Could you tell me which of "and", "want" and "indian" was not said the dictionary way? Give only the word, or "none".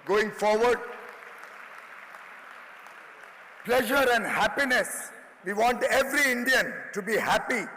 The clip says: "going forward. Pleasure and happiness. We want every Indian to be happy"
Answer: none